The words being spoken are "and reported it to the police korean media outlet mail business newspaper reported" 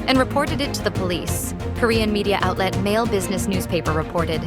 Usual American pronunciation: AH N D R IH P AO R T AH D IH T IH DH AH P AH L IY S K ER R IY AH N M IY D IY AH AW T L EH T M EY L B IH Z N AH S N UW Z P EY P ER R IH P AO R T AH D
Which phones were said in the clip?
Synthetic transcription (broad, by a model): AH N R IH P AO R T AH D IH T IH DH AH P AH L IY S K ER R IY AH N M IY D IY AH AW T L EH T M EY L B IH Z N AH S N UW Z P EY P ER R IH P AO R T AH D